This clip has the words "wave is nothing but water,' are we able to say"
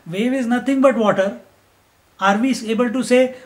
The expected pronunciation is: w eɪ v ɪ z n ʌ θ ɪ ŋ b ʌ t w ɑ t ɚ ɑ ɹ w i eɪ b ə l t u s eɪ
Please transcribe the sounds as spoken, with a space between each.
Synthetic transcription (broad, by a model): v eɪ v ɪ z n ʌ t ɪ ŋ b ʌ t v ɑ t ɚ ɑ ɹ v i eɪ b ə l t u s eɪ